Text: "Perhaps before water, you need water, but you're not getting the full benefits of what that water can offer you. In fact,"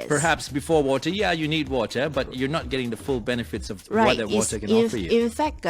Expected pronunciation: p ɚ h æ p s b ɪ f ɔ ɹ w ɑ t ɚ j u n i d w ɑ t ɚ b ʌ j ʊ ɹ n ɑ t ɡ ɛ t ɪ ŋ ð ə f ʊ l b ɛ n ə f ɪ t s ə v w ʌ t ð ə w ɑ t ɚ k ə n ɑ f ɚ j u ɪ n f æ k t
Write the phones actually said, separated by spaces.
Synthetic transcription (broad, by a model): p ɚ h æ p s b ɪ f ɔ ɹ w ɑ t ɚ j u n i d w ɑ t ɚ b ʌ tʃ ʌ ɹ n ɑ t ɡ ɛ t ɪ ŋ ð ə f ʊ l b ɛ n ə f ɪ t s ə v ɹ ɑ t ð ə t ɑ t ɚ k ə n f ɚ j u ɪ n f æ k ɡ